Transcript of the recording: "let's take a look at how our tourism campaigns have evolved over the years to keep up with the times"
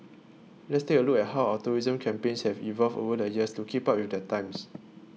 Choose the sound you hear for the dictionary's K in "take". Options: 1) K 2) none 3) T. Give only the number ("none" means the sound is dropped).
2